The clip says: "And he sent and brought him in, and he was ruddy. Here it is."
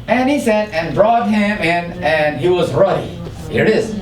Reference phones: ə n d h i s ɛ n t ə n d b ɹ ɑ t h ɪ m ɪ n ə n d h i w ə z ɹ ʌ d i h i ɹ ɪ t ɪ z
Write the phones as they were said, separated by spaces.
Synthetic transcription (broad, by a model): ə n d h i s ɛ t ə n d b ɹ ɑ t h ɪ m ɪ n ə n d h i w ə z ɹ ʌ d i h i ɹ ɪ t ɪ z